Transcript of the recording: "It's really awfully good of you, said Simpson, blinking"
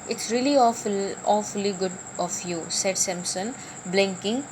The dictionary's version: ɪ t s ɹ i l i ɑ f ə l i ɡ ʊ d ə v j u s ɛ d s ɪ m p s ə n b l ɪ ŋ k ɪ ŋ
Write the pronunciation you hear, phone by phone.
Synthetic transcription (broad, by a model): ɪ t s ɹ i l i ɑ f ə l i ɡ ʊ d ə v j u s ɛ d s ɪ m s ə n b l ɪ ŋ k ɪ ŋ